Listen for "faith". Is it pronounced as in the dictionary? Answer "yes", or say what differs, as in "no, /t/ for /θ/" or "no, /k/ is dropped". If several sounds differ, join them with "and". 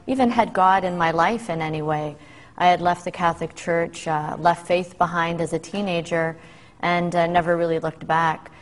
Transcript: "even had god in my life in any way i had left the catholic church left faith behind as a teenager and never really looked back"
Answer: yes